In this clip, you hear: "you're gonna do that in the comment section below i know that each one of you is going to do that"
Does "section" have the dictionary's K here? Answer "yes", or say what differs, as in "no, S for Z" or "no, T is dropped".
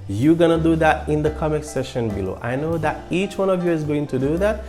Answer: no, K is dropped